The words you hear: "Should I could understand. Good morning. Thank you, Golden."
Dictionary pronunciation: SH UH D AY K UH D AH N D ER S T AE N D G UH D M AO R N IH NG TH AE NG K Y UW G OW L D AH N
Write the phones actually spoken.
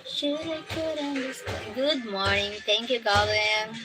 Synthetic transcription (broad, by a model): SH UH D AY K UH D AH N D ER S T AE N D G UH D M AO R N IH NG T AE NG K Y UW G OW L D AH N